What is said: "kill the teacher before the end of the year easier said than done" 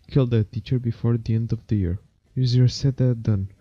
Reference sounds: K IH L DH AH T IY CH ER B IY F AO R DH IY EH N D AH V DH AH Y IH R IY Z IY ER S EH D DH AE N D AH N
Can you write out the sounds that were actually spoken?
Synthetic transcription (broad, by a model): K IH L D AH T IY CH ER B IY F AO R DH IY EH N D AH V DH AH Y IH R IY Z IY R S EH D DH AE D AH N